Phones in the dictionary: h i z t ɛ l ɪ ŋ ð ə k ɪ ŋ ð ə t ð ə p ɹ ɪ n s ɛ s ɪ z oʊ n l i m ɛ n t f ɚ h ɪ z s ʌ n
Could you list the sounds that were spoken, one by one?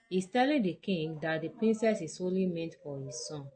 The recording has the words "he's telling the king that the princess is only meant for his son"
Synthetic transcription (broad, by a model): h i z t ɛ l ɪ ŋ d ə k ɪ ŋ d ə t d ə p ɹ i n s ɛ s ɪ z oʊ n l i m ɛ n t f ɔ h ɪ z s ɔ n